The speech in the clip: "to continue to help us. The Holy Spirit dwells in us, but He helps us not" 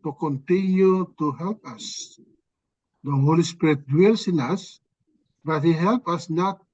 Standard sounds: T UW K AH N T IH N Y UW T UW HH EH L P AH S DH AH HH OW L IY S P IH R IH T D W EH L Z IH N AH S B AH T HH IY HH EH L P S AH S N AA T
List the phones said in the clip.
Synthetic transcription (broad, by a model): T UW K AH N T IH N Y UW T UW HH EH L P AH S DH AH HH OW L IY S P IH R IH T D W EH L S IH N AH S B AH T HH IY HH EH L P AH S N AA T